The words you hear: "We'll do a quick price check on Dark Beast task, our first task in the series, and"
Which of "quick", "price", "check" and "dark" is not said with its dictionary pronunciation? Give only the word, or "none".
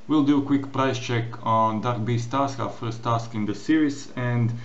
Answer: none